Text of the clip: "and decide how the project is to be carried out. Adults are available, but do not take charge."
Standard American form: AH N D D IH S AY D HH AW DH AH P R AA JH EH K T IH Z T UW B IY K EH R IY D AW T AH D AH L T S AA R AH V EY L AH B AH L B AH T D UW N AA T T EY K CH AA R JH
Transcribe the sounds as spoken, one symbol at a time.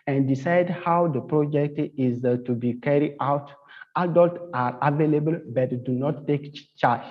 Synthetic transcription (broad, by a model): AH N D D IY S AY D HH AW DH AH P R AA JH EH K T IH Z T UW B IY K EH R IY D AW T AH D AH L T AA R AH V EY L AH B AH L B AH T D UW N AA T T EY K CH AA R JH